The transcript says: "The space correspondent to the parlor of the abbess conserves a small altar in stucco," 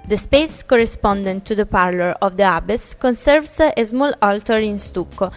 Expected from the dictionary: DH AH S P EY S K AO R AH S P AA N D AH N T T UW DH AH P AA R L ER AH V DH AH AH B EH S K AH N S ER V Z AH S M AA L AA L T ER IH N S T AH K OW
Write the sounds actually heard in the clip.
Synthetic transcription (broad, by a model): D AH S P EY S K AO R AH S P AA N D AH N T T UW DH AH P AA R L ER AH V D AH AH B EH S K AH N S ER V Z AH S M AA L AA L T ER IH N S T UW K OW